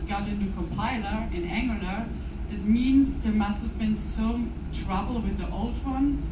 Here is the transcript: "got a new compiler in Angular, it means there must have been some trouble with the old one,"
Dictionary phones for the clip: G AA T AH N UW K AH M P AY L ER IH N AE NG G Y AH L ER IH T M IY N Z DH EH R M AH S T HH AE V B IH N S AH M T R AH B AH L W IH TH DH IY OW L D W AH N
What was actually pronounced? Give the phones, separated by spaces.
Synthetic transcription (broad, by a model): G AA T AH N UW K AH M P AY L ER IH N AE NG G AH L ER IH T M IY N Z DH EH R M AH S T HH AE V B IH N S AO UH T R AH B L W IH DH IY OW L D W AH N